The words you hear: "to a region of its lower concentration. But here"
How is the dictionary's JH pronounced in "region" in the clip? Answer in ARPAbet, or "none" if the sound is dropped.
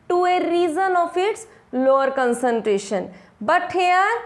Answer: Z